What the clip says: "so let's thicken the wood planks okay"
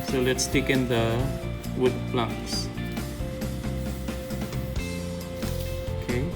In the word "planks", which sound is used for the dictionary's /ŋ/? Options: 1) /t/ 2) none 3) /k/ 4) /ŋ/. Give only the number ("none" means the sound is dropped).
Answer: 2